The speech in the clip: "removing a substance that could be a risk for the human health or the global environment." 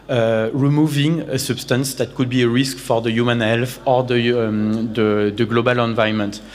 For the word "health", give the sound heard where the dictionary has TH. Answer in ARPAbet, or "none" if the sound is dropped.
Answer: F